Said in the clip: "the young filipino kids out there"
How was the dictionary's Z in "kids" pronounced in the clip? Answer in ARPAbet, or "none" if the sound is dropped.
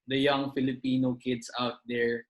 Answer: S